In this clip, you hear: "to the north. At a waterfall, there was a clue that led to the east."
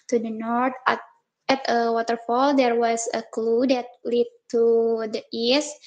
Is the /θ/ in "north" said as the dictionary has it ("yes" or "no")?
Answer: no